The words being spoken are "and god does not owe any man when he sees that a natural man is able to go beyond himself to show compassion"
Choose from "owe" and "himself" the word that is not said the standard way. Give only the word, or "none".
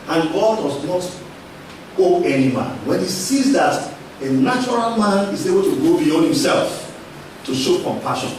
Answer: none